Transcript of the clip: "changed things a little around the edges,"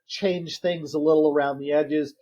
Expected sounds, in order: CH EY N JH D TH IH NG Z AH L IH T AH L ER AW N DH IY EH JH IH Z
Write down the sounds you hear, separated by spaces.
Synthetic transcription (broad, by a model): CH EY N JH TH IH NG Z AH L IH T L ER AW N DH IY EH JH IH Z